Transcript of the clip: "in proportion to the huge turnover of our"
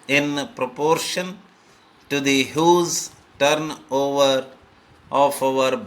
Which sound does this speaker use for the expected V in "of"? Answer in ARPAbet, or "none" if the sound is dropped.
F